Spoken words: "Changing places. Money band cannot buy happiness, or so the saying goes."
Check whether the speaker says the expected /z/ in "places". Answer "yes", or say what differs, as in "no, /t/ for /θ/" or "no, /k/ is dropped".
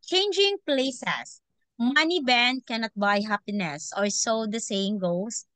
no, /s/ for /z/